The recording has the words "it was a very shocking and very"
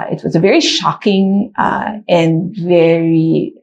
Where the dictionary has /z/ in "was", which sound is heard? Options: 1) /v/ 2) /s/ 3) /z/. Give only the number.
3